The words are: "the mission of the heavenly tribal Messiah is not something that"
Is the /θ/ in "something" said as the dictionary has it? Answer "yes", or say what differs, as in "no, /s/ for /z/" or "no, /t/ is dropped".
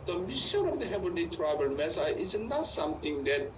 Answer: no, /t/ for /θ/